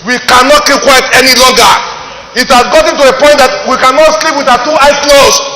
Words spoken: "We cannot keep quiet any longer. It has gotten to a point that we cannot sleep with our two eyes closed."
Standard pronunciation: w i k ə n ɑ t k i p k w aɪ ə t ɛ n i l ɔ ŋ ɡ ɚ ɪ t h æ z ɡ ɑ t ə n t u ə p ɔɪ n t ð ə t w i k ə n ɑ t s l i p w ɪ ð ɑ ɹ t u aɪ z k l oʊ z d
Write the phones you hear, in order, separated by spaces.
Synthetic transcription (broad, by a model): w i k ə n ɑ t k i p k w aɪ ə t ɛ n i l ɔ ŋ ɡ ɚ ɪ t h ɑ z ɡ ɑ t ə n t u ə p ɔɪ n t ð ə t w i k ə n ɑ t s l i p w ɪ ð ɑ t u aɪ s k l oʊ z